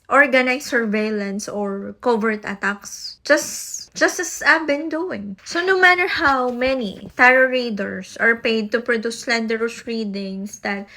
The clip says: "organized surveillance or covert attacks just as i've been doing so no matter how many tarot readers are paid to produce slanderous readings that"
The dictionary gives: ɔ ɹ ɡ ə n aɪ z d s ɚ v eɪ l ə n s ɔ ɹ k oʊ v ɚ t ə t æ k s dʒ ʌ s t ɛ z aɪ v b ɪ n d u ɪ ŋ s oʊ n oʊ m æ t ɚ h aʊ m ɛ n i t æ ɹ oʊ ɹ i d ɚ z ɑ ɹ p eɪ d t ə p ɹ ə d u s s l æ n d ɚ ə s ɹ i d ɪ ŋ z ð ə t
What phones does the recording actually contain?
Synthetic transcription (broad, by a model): ɔ ɹ ɡ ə n aɪ s ɚ v eɪ l ə n s ɔ ɹ k oʊ v ɚ t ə t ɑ k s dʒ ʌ s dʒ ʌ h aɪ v b ɪ n d u ɪ ŋ s oʊ n oʊ m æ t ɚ h aʊ m ɛ n i t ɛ ɹ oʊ ɹ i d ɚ s ɑ ɹ p eɪ d t ə p ɹ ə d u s s l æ n d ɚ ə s ɹ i d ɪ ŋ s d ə t